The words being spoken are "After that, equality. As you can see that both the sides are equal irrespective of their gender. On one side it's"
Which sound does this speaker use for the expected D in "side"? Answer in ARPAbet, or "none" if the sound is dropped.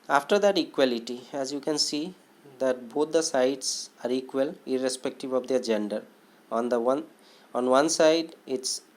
D